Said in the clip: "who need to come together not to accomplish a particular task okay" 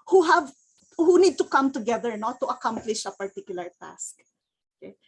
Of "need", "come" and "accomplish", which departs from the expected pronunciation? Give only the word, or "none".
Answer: none